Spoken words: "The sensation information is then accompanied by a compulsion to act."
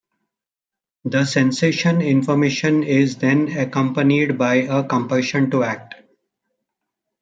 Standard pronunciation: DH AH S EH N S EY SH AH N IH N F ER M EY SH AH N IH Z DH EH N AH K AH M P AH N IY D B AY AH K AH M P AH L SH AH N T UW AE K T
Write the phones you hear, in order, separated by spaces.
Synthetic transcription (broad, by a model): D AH S EH N S EY SH AH N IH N F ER M EY SH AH N IH Z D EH N AH K AH M P AH N IY D B AY AH K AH M P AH SH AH N T UW AE K T